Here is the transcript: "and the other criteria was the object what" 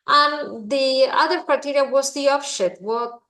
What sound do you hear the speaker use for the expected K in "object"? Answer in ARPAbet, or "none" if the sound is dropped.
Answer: none